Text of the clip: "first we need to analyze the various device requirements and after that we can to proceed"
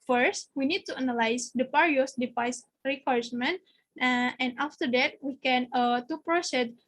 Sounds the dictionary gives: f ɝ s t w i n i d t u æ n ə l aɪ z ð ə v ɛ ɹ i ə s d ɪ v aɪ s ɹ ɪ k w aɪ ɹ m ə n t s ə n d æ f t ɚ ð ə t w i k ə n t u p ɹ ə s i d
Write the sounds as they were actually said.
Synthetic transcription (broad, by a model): f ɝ s t w i n i d t u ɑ n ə l aɪ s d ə p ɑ ɹ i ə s d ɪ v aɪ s ɹ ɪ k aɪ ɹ m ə n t ə n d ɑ f t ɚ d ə t w i k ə n t u p ɹ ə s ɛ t